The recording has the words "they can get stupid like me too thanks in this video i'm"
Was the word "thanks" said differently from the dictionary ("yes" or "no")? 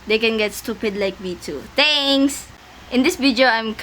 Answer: yes